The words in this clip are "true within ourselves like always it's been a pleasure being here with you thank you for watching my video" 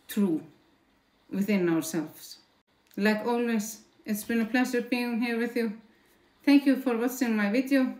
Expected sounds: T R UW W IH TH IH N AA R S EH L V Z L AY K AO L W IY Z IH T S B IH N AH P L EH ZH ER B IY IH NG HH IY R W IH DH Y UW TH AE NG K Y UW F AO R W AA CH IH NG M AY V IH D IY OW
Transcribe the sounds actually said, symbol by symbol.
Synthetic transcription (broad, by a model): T R UW W IH TH IH N AA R S EH L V S L AY K AO L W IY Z IH T S B IH N AH P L EH S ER B IY IH NG HH IY R W IH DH Y UW TH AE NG K Y UW F AO R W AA S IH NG M AY V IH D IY OW